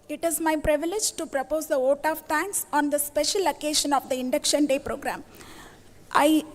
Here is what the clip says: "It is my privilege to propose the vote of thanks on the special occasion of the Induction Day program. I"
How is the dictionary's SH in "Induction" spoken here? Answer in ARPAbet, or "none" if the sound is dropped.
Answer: SH